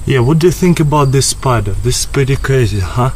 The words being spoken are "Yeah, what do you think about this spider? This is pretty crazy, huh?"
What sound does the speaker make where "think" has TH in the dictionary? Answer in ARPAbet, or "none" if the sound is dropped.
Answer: TH